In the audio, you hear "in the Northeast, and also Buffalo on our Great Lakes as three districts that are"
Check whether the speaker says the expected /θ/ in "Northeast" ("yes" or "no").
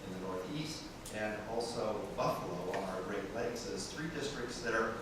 yes